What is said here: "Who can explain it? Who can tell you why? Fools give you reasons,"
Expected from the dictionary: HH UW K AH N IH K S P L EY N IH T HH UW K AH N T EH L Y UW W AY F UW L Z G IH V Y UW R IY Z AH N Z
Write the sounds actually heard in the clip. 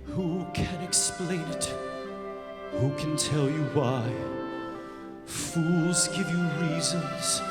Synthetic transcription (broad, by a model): HH UW K AH N IH K S P L EY N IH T HH UW K AH N T EH L Y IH W AY F UW L Z G IH V Y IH R IY Z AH N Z